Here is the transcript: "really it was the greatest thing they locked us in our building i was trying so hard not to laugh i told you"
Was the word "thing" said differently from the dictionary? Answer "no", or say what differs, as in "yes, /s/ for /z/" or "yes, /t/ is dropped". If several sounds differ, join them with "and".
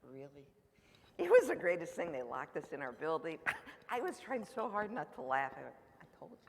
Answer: no